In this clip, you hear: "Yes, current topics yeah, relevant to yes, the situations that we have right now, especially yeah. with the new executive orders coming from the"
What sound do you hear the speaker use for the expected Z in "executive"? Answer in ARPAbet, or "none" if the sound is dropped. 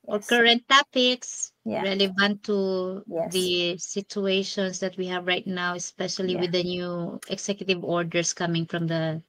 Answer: S